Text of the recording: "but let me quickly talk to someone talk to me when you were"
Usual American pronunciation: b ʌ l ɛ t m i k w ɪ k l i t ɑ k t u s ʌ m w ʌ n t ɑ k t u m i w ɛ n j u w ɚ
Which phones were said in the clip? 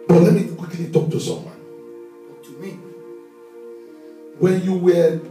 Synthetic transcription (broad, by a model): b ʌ l ɛ t m i k w ɪ k l i t ɑ k t u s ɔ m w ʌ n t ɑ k t u m i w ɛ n j u w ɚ